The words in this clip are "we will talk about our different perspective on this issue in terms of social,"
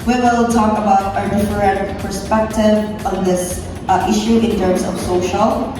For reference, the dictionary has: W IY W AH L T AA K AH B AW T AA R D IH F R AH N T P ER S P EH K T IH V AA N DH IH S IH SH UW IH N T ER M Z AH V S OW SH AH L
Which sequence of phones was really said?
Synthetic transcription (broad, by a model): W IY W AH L T AA K AH B AW T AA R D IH F R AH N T P ER S P EH K T IH V AA N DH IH S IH SH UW IH N T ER M S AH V S OW SH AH L